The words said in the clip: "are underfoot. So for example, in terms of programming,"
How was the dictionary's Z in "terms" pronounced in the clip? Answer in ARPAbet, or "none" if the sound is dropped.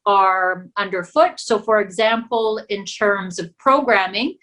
Z